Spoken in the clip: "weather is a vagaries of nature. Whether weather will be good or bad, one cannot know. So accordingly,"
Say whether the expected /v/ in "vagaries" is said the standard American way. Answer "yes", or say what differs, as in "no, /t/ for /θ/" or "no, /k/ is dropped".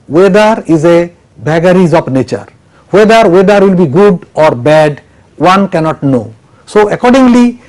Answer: no, /b/ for /v/